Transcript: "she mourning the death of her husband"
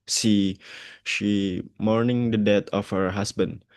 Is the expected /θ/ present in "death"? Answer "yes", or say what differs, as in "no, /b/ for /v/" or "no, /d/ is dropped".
no, /t/ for /θ/